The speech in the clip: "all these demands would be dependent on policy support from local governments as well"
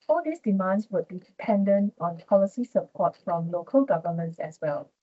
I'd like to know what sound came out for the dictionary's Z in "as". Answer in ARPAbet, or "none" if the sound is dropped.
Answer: S